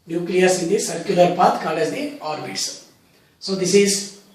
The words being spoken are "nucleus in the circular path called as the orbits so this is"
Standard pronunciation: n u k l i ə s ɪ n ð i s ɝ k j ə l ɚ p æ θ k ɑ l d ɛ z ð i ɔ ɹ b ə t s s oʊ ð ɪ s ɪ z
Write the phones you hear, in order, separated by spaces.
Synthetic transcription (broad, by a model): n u k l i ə s ɪ n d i s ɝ k j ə l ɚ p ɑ t k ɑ l ɛ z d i ɔ ɹ b ə t s s oʊ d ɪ s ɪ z